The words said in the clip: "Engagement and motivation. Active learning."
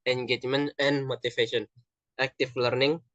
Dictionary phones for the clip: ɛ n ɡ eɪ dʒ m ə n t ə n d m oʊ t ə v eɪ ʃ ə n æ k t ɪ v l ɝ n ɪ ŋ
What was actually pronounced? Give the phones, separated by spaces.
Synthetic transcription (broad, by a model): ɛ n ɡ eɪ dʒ m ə n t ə n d m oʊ t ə f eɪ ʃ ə n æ k t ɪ f l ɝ n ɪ ŋ